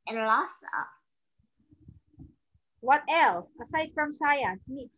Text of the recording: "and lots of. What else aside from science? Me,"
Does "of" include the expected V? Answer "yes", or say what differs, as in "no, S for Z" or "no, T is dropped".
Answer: no, P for V